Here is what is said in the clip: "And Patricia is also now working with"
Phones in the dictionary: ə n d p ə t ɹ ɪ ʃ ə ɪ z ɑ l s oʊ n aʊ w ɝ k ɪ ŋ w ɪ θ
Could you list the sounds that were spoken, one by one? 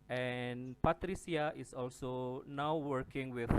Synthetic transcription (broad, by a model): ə n p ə t ɹ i s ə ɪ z ɑ l s oʊ n aʊ w ɝ k ɪ ŋ w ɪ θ